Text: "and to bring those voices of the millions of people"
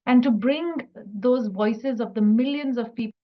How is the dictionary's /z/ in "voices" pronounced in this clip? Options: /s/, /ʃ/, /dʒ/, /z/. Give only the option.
/z/